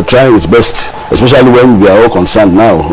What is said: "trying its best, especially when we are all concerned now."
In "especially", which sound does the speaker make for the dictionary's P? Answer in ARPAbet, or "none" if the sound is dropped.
P